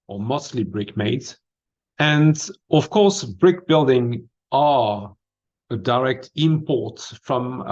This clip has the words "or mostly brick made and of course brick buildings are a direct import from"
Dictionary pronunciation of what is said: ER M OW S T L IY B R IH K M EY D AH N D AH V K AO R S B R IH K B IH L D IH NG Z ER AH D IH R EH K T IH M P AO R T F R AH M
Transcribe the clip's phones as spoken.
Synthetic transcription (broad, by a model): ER M OW S T L IY B R IH K M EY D AH N D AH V K AO R S B R IH K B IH L D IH NG ER AH D IH R EH K T IH M P AO R T F R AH M